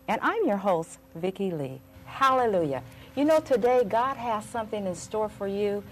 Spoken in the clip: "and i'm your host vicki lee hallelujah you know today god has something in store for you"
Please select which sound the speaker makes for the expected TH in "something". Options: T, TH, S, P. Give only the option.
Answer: TH